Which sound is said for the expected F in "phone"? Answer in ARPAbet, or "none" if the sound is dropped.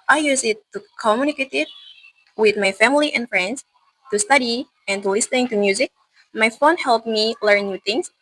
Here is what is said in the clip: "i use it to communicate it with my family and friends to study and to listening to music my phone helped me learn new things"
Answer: F